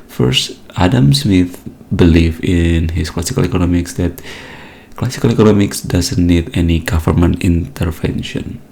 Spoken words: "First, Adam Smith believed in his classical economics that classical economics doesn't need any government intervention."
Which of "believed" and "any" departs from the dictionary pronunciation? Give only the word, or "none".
believed